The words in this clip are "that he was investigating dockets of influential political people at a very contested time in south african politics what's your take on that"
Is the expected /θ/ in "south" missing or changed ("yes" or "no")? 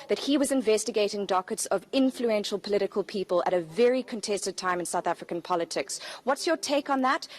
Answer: no